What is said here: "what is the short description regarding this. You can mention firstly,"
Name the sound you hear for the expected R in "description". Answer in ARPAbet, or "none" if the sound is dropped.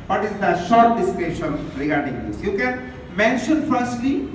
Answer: none